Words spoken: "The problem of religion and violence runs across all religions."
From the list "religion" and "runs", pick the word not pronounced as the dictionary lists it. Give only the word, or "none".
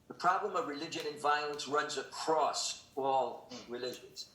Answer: none